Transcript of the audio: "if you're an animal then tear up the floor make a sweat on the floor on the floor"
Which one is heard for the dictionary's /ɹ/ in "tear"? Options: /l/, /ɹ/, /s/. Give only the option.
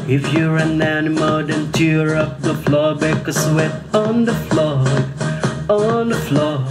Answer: /ɹ/